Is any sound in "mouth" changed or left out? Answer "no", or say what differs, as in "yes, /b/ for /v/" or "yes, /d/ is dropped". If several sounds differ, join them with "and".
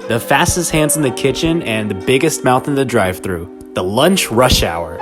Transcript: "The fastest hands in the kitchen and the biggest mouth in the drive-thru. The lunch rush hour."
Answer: no